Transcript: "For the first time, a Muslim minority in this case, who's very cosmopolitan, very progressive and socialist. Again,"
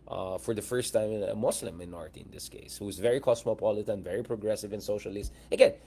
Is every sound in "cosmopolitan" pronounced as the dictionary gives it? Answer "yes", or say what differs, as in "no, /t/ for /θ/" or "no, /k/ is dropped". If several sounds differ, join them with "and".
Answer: no, /s/ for /z/